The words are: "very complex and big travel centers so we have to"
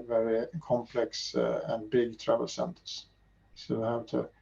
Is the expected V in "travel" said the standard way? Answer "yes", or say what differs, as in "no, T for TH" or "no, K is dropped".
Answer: yes